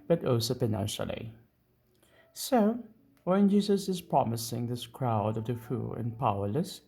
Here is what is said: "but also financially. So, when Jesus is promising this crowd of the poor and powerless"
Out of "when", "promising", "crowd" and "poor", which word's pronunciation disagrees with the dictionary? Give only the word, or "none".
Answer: poor